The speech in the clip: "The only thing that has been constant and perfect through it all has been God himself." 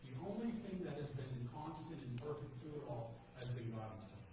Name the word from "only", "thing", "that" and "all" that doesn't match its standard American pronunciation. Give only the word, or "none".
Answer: none